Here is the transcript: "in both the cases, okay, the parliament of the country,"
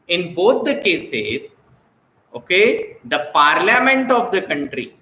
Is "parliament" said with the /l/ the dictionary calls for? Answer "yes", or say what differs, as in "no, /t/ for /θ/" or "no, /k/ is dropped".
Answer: yes